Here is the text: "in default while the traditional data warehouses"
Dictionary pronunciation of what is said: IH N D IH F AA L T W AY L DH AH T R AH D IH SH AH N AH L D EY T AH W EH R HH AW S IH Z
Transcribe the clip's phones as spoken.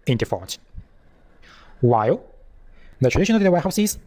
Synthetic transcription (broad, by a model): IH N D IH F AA T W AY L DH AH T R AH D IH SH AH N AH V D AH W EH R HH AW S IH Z